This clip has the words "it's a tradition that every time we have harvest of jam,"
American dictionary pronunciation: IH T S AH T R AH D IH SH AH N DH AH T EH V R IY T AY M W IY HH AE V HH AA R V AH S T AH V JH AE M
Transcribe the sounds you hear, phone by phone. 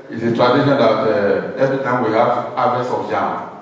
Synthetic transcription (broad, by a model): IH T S AH T R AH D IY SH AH N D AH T EH V R IY T AY M W IY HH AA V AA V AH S AH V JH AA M